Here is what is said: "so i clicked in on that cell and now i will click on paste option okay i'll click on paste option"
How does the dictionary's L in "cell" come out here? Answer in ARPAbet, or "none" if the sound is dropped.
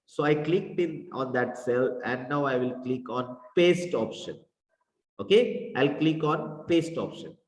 L